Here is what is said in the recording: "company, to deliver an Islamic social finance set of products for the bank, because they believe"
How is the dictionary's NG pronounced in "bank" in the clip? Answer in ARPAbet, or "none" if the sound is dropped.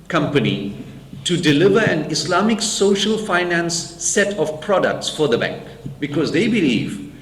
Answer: NG